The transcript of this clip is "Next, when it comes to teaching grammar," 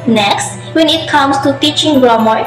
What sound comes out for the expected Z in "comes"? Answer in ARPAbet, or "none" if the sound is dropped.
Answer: S